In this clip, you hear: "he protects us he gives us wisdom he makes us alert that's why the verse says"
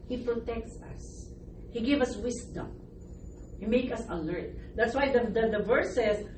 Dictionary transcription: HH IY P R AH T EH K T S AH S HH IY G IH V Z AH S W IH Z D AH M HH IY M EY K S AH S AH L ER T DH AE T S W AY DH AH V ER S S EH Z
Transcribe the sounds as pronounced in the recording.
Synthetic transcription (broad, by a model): HH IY P R AH T EH K T S AH S HH IY G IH V AH S W IH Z D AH M HH IY M EY K AH S AH L ER T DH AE T S W AY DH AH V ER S S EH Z